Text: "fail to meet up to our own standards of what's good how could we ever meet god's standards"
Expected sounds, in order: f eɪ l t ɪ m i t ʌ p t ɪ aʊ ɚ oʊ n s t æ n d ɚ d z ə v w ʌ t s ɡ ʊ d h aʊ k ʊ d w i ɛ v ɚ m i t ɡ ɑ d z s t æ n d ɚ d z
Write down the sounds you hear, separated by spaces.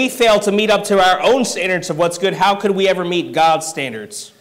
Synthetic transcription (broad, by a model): f eɪ l t ɪ m i t ʌ p t ɪ aʊ ɚ oʊ n s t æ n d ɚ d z ə v w ʌ t s ɡ ʊ d h aʊ k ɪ d w i ɛ v ɚ m i t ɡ ɑ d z s t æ n d ɚ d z